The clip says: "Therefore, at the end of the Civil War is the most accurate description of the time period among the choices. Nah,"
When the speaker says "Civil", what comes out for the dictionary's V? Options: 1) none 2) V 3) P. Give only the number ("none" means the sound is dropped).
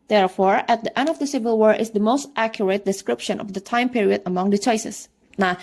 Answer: 2